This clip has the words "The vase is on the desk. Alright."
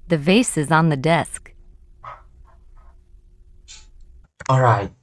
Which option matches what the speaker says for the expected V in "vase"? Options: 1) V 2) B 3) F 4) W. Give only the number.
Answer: 1